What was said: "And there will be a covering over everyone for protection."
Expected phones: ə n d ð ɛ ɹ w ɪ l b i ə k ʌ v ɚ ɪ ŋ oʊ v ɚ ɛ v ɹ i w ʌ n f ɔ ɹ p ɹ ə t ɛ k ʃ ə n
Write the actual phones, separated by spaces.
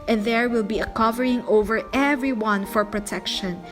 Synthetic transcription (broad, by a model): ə n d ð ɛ ɹ w ɪ l b i ə k ʌ v ɚ ɪ ŋ oʊ v ɚ ɛ v ɹ i w ʌ n f ɔ ɹ p ɹ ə t ɛ k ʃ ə n